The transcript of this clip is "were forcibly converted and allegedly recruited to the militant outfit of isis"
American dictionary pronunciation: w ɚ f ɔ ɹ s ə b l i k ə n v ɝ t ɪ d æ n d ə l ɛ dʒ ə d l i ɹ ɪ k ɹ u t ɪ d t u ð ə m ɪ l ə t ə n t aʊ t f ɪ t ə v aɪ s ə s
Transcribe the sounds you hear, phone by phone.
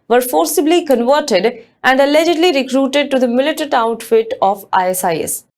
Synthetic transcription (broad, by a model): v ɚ f ɔ ɹ s ə b l i k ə n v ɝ t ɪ d æ n d ə l ɛ dʒ ə d l i ɹ ɪ k ɹ u t ɪ d t u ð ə m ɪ l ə t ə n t aʊ t f ɪ t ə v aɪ s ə s